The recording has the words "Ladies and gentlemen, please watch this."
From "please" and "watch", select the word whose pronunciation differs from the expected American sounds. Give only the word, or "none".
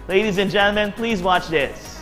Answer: none